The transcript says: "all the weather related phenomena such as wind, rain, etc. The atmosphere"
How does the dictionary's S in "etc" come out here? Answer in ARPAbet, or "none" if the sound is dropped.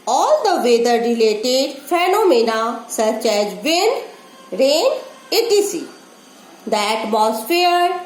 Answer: none